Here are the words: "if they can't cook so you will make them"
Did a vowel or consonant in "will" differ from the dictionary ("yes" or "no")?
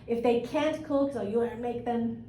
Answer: yes